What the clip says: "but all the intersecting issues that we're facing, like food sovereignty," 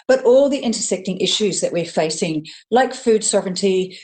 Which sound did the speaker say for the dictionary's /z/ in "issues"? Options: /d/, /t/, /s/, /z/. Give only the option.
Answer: /z/